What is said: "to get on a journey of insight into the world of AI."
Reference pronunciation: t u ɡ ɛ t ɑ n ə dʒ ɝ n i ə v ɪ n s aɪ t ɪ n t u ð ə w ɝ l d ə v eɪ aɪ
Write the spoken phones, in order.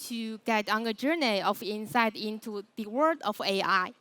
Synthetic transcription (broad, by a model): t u ɡ ɛ t ɑ n ə dʒ ɝ n i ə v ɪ n s aɪ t ɪ n t u ð ə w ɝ d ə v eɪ aɪ